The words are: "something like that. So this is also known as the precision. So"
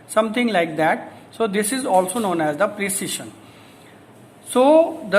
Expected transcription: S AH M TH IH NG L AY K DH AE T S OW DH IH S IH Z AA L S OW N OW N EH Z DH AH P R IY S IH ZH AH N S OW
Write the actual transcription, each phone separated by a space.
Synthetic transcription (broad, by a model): S AH M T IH NG L AY K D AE T S OW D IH S IH Z AA L S OW N OW N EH Z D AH P R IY S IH SH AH N S OW